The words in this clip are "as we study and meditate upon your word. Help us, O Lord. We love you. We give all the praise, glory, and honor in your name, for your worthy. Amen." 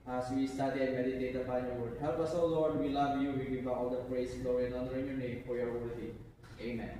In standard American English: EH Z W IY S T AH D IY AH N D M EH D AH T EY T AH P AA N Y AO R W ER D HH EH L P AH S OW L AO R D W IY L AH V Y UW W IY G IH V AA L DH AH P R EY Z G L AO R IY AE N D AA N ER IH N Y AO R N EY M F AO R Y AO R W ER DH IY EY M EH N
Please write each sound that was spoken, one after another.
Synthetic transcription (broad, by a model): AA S W IY S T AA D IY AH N M EH D AH T EY T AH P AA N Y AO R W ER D HH EH L P AH S OW L AO R D W IY L AH V Y UW W IY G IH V AA L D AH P R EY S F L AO IY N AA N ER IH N Y AO R N EY M F AO R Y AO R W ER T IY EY M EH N